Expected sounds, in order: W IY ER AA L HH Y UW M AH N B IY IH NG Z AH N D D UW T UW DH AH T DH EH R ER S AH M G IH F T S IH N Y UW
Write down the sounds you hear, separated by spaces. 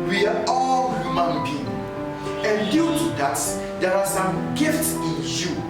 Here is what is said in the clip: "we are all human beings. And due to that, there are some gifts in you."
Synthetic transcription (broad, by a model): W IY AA AA L HH Y UW M AH N B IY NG AH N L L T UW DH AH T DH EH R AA S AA M G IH F T S IH N Y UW